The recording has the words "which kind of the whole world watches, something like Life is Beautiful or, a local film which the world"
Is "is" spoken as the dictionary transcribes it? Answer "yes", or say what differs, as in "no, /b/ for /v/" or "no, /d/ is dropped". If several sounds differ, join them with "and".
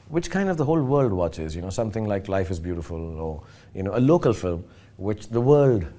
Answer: yes